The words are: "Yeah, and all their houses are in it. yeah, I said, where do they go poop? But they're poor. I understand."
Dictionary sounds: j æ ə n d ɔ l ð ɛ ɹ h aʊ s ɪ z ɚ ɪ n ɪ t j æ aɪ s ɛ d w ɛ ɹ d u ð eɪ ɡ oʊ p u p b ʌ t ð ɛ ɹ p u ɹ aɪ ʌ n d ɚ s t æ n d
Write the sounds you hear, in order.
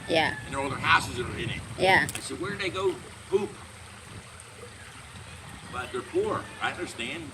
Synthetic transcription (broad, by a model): j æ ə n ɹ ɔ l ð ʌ ɹ h aʊ s ɪ z ɚ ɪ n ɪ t j æ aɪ s ɛ d w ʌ ɹ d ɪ ð eɪ ɡ oʊ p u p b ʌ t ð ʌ ɹ p u ɹ aɪ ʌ n d ɚ s t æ n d